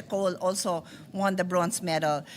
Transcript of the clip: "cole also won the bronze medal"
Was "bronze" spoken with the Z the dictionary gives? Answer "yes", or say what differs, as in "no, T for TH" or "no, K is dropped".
no, S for Z